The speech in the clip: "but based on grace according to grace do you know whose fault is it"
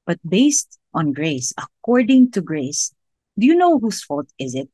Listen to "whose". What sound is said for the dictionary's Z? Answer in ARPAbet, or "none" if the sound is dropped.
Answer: S